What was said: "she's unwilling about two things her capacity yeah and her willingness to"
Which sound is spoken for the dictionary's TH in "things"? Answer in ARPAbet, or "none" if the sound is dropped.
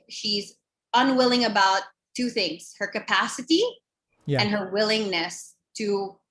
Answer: TH